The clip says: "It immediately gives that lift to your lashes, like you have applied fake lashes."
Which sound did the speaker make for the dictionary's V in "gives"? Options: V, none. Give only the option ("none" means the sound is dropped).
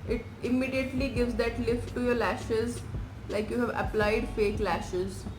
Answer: V